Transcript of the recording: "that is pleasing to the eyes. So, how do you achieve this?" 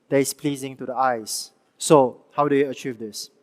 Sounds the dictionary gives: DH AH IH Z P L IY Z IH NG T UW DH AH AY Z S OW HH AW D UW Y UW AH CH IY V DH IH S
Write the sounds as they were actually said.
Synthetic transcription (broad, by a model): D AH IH S P L IY Z IH NG T UW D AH AY S OW HH AW D UW Y UW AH CH IY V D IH S